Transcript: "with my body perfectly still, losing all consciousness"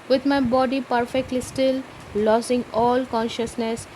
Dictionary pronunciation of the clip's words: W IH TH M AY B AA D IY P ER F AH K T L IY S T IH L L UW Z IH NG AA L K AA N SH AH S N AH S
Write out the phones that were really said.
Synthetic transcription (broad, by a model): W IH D M AY B AA D IY P ER F AH K T L IY S T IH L L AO S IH NG AA L K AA N SH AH S N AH S